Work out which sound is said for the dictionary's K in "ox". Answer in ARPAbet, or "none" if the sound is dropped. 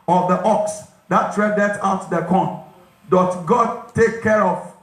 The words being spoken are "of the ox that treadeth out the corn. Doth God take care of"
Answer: K